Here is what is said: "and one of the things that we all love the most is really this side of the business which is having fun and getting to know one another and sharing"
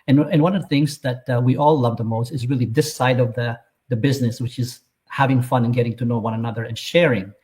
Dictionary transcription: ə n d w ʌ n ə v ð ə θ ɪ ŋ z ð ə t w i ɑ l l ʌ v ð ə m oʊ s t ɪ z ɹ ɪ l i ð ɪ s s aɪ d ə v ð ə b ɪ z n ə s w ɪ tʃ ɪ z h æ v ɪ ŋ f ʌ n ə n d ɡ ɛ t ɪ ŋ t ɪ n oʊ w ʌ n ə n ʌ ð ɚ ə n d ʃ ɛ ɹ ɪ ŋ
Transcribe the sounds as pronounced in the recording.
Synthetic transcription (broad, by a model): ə n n w ʌ n ə v ð ə θ ɪ ŋ z ð ə t w i ɑ l l ʌ v ð ə m oʊ s t ɪ z ɹ ɪ l i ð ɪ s s aɪ d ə v ð ə b ɪ z n ə s w ɪ tʃ ɪ z h æ v ɪ ŋ f ʌ n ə n ɡ ɛ t ɪ ŋ t ɪ n oʊ w ʌ n ə n ʌ ð ɚ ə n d ʃ ɛ ɹ ɪ ŋ